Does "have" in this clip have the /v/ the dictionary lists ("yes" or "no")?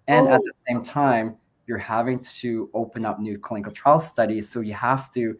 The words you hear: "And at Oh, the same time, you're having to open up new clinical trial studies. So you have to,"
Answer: no